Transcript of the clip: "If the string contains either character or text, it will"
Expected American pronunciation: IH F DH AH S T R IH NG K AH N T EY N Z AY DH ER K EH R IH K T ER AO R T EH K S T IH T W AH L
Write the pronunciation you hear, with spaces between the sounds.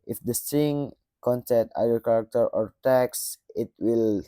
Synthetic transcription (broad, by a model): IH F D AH S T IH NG K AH N S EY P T AY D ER K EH R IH K T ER AO R T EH K S IH T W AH L